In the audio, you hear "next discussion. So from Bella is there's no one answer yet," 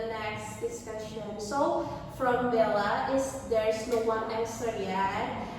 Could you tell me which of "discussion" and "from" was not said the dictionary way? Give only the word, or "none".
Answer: none